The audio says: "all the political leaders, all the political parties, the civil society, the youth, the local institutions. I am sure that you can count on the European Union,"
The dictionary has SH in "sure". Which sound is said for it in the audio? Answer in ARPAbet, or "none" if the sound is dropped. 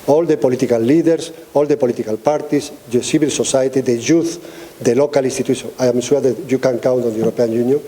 S